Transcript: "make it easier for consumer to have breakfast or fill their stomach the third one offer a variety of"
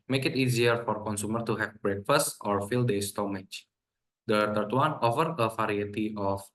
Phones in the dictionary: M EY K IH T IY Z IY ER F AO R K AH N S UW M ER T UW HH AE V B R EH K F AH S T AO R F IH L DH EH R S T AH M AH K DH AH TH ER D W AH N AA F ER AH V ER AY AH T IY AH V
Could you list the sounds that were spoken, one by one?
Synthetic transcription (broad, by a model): M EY K IH T IY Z IY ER F AO R K AH N S UW M ER T UW HH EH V B R EH K F AH S T AO R F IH L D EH S T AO M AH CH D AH T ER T W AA N AA F ER AH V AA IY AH T IY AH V